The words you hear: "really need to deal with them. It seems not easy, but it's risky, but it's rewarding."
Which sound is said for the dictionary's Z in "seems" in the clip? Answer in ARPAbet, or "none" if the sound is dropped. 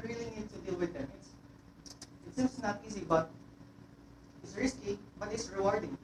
S